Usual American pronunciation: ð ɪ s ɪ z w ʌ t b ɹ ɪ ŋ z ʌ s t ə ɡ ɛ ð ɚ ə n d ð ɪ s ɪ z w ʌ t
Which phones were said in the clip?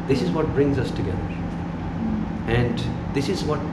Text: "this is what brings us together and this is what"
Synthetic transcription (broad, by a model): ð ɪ s ɪ z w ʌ t b ɹ ɪ ŋ z ʌ s t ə ɡ ɛ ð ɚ ə n d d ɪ s ɪ z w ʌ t